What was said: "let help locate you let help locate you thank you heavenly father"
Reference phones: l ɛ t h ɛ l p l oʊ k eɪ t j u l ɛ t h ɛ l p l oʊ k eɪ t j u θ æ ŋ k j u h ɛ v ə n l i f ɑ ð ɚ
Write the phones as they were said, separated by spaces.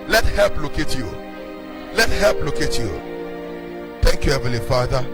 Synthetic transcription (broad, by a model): l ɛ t h ɛ l p l oʊ k eɪ t j u l ɛ t h ɛ l p l oʊ k eɪ t j u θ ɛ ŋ k j u h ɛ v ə l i f ɑ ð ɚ